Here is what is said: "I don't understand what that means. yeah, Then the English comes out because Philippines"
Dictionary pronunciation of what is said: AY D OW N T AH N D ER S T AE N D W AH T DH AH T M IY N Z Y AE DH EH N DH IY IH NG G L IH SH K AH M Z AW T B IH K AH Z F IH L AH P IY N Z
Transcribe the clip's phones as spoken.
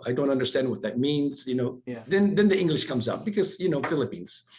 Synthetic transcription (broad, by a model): AY D OW N T AH N D ER S T AE N D W AH T DH AH T M IY N Z Y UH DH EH N DH IY IH NG G L IH SH K AH M Z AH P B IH K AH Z F IH L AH P IY N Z